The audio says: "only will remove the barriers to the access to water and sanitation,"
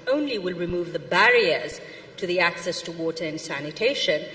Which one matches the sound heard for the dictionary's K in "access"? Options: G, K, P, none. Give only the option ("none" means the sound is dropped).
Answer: K